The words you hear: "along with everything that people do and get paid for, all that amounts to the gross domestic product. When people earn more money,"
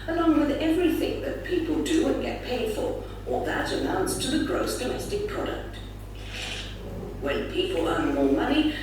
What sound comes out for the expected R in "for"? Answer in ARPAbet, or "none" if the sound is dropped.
L